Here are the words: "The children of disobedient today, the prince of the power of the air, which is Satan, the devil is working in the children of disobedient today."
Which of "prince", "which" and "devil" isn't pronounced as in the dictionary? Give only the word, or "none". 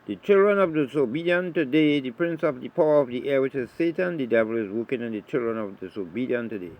none